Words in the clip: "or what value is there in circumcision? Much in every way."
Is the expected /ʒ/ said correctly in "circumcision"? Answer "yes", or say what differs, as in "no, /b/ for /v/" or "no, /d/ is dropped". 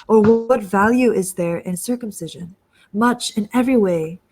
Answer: yes